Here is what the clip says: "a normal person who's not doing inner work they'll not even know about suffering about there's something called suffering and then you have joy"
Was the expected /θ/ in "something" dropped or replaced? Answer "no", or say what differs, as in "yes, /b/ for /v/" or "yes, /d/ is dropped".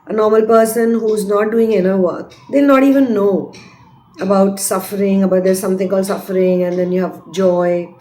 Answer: yes, /t/ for /θ/